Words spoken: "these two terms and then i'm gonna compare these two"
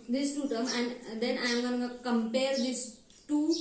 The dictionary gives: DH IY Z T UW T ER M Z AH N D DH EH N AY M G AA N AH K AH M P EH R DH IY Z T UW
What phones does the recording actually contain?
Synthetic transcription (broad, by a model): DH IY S T UW T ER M AH N D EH N AY M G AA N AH K AH M P EH R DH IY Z T UW